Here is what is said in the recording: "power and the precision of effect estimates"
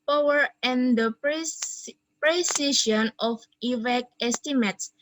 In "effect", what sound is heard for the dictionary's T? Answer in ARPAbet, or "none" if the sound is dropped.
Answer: none